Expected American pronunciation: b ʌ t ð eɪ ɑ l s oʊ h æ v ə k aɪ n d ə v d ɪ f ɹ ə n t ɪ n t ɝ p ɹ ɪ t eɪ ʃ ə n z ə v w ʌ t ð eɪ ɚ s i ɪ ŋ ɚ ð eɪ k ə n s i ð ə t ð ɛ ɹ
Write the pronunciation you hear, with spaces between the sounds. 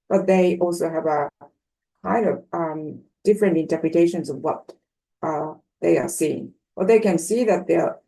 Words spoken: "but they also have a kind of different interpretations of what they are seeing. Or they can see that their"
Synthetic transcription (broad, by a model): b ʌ t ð eɪ ɑ l s oʊ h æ v ə k aɪ n d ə v d ɪ f ɹ ə n t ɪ n t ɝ p ɹ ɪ t eɪ ʃ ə n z ə v w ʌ t ð eɪ ɚ s i ɪ ŋ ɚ ð eɪ k ə n s i ð ə t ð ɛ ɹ